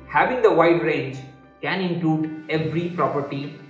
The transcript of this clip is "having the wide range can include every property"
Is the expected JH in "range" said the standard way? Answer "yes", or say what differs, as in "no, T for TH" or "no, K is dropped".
yes